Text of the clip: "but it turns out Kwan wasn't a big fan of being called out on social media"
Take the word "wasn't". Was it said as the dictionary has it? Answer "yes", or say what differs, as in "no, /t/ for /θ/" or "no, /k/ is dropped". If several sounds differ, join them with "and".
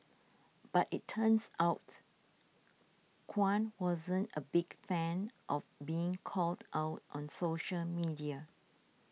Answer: yes